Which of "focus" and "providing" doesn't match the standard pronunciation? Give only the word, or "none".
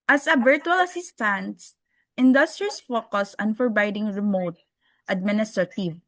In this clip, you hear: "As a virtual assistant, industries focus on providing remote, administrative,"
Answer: providing